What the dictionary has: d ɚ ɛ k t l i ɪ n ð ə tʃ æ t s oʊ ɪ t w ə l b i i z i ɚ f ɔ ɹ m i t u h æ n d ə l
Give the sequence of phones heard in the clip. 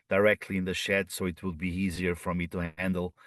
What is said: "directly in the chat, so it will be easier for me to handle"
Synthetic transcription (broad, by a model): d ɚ ɛ k t l i ɪ n ð ə ʃ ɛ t s oʊ ɪ t w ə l b i i z i ɚ f ɔ ɹ m i t u h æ n d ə l